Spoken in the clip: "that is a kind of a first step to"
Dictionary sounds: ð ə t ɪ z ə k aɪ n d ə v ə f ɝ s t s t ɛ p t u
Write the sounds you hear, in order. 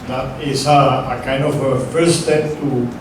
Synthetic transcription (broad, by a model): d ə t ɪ s ə k aɪ n d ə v ə f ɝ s s t ɛ p t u